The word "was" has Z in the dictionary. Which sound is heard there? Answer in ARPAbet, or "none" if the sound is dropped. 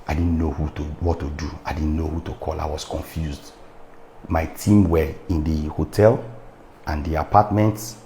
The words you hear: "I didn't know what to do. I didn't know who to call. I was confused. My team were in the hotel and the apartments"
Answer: S